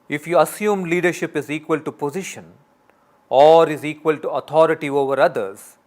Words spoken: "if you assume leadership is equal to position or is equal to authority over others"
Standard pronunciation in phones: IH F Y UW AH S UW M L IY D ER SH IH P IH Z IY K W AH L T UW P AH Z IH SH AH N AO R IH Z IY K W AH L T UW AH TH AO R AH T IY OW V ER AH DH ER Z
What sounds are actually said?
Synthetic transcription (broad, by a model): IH F Y UW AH S UW M L IY D ER SH IH P IH Z IY K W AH L T UW P AH Z IH SH AH N AO R IH Z IY K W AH L T UW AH T AO R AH T IY OW V ER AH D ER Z